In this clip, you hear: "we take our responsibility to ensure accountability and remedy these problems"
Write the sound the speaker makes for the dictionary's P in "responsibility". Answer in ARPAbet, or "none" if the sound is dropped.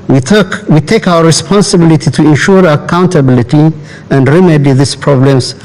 P